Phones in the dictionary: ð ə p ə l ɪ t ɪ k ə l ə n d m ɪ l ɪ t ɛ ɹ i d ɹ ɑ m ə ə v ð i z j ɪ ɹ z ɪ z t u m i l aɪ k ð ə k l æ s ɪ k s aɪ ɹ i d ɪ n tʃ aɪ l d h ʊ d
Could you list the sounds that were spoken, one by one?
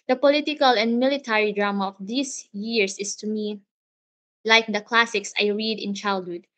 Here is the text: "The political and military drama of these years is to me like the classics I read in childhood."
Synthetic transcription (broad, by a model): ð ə p ə l ɪ t ɪ k ə l ə n d m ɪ l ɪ t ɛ ɹ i d ɹ ɑ m ə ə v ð i s j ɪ ɹ s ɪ s t u m i l aɪ k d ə k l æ s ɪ k s aɪ ɹ i d ɪ n tʃ aɪ l d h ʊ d